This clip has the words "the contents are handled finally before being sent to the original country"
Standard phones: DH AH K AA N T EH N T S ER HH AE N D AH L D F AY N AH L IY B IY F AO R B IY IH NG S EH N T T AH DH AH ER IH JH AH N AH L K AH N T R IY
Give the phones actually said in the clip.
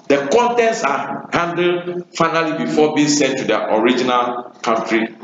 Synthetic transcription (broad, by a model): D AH K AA N T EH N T S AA HH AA N D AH D F AY N AH L IY B IY F AO B IY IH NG S EH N T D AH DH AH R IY JH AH N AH L K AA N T R IY